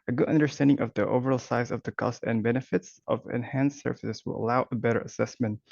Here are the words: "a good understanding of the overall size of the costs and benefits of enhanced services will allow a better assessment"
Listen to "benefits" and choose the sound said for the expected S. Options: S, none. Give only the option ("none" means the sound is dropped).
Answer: S